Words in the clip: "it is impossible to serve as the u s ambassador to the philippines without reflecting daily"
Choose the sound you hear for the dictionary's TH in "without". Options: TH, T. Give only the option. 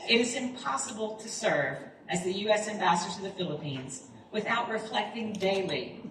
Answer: TH